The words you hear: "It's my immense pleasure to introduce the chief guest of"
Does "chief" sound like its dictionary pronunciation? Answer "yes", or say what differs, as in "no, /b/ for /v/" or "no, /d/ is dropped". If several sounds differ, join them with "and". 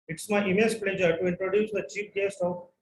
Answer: no, /p/ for /f/